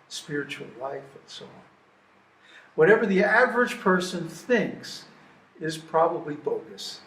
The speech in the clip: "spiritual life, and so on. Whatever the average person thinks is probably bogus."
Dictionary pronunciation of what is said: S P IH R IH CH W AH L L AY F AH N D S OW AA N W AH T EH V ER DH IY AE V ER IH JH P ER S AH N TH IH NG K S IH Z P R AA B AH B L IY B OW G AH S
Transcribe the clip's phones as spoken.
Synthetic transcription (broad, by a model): S P IH R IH CH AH L L AY F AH N S OW AA N W AH T EH V ER DH IY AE V ER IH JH P ER S AH N TH IH NG K S IH Z P R AA B AH B L IY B OW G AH S